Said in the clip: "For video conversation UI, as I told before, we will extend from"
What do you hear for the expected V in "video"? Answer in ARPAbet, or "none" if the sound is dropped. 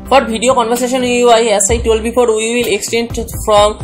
B